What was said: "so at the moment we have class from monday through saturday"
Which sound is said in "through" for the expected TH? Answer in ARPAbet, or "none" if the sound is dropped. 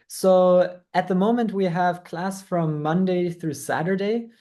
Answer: TH